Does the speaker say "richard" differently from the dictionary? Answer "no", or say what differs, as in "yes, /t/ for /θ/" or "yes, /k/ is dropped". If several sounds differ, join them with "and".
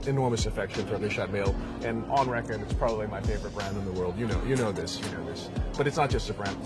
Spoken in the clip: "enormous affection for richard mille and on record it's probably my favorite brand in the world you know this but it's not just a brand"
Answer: yes, /ʃ/ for /tʃ/